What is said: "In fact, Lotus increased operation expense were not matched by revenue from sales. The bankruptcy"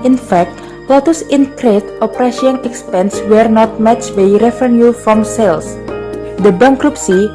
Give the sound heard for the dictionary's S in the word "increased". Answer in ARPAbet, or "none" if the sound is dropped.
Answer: none